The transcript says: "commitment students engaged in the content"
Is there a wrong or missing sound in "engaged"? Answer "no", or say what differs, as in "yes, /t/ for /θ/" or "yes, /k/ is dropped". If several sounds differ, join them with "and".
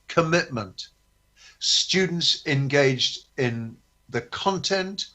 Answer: no